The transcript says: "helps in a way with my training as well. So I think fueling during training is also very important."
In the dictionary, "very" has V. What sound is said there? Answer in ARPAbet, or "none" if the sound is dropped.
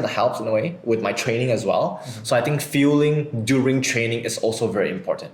V